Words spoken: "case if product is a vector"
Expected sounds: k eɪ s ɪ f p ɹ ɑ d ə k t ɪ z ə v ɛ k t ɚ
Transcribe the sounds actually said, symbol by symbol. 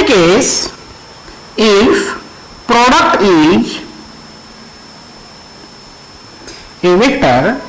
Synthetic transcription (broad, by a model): k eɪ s ɪ f p ɹ ɑ d ə k t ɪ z ə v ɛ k t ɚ